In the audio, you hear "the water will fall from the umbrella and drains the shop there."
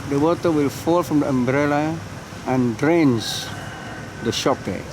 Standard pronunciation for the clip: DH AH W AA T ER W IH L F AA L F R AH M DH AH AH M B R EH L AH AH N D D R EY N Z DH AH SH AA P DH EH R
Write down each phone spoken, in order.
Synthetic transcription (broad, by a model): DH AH W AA T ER W IH L F AA L F R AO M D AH AH M B R EH L AH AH N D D R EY N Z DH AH SH AA P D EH